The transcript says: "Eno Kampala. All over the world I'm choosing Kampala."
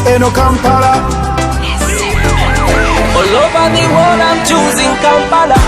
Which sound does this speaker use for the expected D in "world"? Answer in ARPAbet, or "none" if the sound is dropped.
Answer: none